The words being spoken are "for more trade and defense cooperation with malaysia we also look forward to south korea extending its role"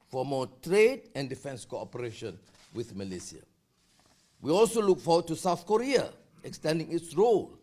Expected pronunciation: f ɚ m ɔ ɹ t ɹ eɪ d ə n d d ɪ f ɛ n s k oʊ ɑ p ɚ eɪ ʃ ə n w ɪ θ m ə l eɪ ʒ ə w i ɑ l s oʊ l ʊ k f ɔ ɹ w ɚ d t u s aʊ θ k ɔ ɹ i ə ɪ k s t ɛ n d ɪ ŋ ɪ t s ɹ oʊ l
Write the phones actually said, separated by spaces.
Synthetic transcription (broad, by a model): f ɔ m ɔ t ɹ eɪ d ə n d d ɪ f ɛ n s k oʊ ɑ p ɚ eɪ ʃ ə n w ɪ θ m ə l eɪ s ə w i ɑ l s oʊ l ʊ k f ɔ w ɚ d t u s aʊ θ k ɔ ɹ i ə ɪ k s t ɛ n d ɪ ŋ ɪ t s ɹ oʊ l